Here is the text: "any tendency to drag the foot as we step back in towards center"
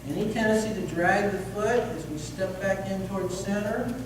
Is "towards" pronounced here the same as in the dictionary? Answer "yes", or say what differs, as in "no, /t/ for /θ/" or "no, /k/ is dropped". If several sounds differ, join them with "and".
yes